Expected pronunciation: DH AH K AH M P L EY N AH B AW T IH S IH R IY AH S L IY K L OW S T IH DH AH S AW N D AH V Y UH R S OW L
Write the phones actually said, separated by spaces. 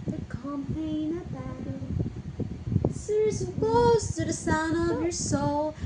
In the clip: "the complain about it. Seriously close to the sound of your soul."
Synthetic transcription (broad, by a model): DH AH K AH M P EY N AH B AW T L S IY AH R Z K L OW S T IH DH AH S AW N D AH V Y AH R S OW L